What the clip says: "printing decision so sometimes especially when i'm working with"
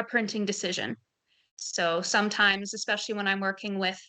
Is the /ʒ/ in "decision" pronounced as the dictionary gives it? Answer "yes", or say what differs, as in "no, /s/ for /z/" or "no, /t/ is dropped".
yes